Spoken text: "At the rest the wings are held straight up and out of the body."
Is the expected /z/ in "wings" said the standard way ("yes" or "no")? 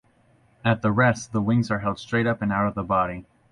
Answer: yes